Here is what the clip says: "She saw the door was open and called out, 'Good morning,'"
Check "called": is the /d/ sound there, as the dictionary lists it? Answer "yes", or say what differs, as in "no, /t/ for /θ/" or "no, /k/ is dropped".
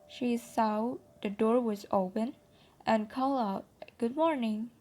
no, /d/ is dropped